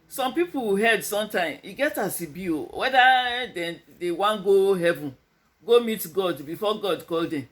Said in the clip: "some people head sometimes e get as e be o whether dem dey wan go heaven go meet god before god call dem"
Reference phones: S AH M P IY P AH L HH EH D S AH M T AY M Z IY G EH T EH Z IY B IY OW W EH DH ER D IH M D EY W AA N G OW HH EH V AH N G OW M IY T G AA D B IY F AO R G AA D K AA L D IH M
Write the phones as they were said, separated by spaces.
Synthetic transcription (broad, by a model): S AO M P IY P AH HH EH D S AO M T AY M IY G EH T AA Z IY B IY OW W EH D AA D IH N D EY W AA N G OW HH EH V AH N G OW M IY T G AA D B IY F AO G AA D K AA L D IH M